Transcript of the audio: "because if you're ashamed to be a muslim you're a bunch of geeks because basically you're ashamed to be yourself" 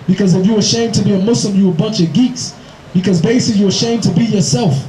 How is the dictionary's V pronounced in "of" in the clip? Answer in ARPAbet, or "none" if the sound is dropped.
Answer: V